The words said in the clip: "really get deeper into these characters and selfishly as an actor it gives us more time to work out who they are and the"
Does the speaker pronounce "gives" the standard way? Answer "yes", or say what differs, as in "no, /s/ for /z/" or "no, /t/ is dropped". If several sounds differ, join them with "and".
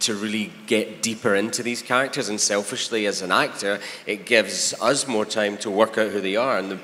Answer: yes